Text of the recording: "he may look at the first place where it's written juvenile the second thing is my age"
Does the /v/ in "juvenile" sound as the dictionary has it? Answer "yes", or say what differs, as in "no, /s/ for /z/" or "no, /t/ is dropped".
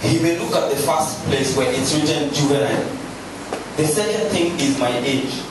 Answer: no, /b/ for /v/